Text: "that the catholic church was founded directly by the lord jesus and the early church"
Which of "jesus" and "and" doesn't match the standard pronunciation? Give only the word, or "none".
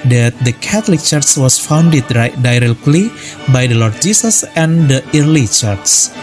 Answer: jesus